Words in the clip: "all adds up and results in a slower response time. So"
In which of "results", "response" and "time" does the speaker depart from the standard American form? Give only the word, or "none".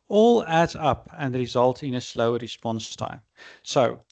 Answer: results